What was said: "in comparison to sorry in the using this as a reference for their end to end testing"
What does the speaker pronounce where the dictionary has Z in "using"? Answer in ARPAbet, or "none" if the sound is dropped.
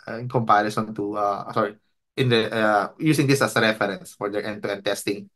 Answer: S